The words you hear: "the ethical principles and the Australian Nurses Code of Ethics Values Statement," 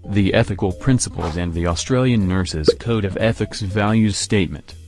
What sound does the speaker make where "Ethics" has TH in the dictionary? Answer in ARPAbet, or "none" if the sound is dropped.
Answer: TH